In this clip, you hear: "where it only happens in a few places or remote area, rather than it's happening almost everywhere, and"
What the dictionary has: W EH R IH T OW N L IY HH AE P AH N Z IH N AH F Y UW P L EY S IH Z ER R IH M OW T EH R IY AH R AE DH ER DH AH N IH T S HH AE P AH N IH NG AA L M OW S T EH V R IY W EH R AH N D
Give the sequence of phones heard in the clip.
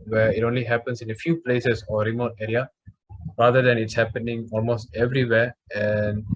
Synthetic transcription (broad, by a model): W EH R IH T OW N L IY HH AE P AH N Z IH N AH F Y UW P L EY S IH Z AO R IH M OW T EH R IY AH R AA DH ER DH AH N IH T S HH AE P AH N IH NG AA L M OW S T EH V R IY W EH R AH N D